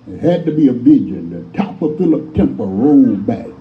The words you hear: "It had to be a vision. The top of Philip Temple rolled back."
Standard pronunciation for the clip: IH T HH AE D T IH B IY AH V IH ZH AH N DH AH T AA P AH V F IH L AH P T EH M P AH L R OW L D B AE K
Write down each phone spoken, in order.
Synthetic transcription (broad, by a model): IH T HH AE D T IH B IY AH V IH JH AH N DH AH T AA P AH F IH L AH P T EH M P AH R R OW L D B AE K